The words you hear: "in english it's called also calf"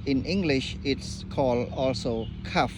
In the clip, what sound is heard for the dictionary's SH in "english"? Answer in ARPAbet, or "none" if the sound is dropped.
SH